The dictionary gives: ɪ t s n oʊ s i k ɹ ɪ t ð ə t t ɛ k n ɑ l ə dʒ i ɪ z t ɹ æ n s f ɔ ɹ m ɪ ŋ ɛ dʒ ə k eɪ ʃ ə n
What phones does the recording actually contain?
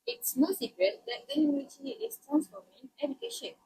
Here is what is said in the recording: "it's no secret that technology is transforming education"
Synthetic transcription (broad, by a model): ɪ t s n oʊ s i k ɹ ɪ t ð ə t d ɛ n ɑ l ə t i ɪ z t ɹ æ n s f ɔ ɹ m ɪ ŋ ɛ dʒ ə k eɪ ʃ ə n